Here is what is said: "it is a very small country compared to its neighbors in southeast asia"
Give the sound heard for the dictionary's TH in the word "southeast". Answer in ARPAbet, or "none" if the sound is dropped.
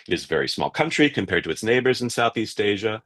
TH